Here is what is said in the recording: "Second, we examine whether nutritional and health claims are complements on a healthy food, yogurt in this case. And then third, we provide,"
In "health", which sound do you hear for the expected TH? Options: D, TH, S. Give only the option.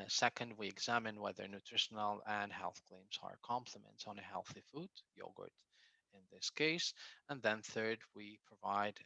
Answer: TH